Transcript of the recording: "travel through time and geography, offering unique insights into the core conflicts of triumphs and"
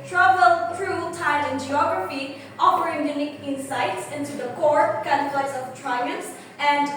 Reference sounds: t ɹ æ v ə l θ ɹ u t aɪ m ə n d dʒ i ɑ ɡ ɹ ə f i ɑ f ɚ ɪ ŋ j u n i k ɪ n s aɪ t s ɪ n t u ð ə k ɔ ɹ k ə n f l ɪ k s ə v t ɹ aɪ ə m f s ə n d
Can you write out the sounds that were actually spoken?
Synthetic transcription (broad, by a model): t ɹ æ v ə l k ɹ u t aɪ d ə n dʒ i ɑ ɡ ɹ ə f i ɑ p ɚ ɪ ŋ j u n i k ɪ n s aɪ t s ɪ n t u ð ə k ɔ ɹ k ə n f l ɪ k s ə v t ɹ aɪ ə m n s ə n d